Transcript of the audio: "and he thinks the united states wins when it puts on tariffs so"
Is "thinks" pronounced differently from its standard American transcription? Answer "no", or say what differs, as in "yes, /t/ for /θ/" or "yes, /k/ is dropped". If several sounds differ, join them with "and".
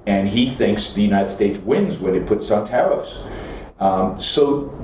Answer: no